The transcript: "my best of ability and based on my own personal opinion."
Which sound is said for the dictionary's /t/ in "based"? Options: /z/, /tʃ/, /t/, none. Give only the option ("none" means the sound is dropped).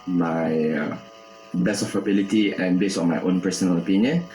none